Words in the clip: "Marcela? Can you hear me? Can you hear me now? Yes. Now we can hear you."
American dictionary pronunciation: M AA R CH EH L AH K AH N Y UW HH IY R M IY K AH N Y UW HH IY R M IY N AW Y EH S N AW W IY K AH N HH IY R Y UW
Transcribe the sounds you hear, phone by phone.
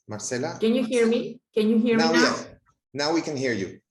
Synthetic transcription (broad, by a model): M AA R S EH L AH K AH N Y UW HH IY R M IY K AH N Y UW HH IY R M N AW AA N AW W IY K AH N HH IY R Y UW